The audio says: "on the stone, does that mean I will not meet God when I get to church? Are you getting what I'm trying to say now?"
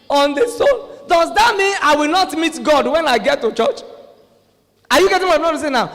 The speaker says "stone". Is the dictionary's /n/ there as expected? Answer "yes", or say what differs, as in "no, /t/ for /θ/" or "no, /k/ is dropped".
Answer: no, /l/ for /n/